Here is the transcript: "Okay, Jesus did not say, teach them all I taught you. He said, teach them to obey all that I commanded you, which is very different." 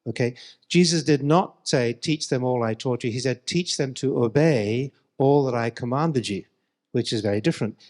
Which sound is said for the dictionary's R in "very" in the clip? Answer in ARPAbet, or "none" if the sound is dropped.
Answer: R